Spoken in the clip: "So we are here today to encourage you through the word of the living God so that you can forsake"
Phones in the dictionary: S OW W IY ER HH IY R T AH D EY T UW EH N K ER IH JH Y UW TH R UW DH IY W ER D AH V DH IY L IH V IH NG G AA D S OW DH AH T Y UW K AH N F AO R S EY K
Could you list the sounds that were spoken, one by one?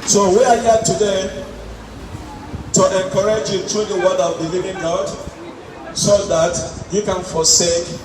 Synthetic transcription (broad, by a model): S OW W IY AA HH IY T AH D EY T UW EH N K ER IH JH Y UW T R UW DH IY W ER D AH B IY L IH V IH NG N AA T S OW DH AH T Y UW K AH N F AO S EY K